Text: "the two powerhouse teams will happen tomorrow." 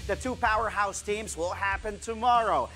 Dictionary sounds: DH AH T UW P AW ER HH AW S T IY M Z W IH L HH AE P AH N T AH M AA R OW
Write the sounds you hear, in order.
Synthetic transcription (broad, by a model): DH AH T UW P AW ER HH AW S T IY M Z W IH L HH AE P AH N T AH M AA R OW